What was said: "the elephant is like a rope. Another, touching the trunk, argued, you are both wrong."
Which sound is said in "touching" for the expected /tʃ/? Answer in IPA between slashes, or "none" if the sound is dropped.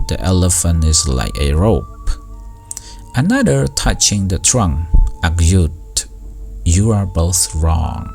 /tʃ/